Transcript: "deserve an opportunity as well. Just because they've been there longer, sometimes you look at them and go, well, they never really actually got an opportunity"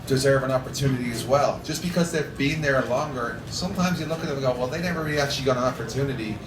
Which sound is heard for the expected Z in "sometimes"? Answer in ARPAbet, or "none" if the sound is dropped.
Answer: Z